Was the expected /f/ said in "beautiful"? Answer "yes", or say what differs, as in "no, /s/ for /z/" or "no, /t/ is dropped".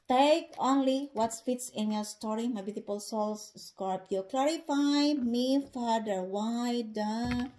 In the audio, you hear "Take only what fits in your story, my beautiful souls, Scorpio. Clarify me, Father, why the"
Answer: no, /p/ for /f/